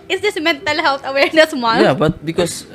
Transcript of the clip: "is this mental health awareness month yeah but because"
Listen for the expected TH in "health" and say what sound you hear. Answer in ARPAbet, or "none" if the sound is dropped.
T